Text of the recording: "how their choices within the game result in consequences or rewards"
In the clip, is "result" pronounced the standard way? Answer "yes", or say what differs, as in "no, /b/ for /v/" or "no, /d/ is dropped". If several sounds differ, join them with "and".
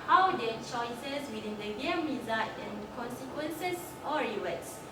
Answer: no, /l/ is dropped